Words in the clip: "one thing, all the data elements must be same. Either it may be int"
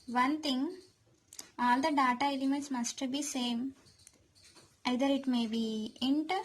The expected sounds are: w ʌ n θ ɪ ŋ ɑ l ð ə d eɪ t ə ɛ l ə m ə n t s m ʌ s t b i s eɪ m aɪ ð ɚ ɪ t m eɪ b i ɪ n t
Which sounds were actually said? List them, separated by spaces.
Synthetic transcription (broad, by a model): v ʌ n t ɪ ŋ ɑ l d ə d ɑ t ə ɛ l ə m ə n t s m ʌ s t b i s eɪ m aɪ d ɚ ɪ t m eɪ b i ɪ n t